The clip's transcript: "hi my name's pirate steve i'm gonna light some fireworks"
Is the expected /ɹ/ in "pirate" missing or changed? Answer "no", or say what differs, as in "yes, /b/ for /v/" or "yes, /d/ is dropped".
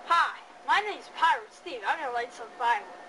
no